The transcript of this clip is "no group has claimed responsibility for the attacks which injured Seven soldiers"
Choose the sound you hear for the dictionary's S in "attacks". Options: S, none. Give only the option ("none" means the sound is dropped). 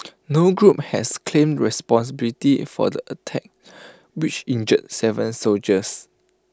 none